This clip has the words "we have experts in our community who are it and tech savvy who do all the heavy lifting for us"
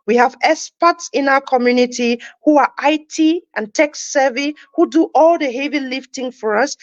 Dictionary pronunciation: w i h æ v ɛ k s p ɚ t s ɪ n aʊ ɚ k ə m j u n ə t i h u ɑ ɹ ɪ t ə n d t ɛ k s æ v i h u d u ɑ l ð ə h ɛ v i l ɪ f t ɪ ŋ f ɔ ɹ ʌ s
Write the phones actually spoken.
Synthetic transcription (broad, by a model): w i h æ v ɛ s p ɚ t s ɪ n aʊ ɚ k ə m j u n ə t i h u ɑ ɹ ɪ t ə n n t ɛ k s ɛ v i h u d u ɑ l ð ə h ɛ v i l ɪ f t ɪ ŋ f ɔ ɹ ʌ s